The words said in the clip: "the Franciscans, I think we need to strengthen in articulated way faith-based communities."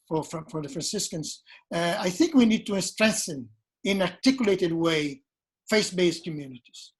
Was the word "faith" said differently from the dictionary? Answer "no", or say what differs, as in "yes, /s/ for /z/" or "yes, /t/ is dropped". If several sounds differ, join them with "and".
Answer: yes, /s/ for /θ/